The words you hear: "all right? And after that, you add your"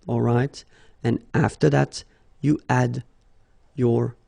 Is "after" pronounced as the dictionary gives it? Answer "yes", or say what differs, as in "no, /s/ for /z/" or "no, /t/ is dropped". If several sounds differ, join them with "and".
yes